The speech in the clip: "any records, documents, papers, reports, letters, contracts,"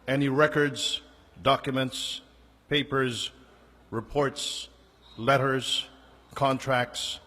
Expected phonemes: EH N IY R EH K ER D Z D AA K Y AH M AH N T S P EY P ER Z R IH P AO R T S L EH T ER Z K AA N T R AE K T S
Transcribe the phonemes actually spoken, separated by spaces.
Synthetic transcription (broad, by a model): EH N IY R EH K ER D Z D AA K Y AH M AH N T S P EY P ER Z R IH P AO R T S L EH T ER Z K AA N T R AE K T S